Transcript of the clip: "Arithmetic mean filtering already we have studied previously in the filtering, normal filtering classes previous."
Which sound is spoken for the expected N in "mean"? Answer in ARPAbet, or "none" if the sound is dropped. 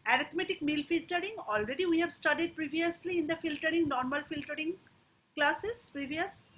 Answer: L